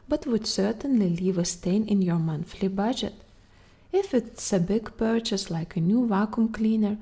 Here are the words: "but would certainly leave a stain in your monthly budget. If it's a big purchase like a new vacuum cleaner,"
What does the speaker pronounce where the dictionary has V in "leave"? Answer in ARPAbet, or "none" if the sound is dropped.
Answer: V